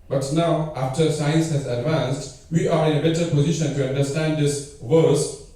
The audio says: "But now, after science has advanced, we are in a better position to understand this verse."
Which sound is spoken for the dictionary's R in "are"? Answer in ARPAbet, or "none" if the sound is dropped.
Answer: R